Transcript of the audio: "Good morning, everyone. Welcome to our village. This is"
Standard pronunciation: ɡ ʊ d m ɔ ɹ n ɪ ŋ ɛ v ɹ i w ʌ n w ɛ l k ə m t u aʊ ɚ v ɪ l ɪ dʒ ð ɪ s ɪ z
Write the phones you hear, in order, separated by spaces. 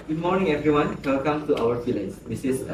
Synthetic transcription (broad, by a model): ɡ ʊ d m ɔ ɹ n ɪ ŋ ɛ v ɹ i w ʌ n w ɛ l k ə m t u aʊ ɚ f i l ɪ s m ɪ s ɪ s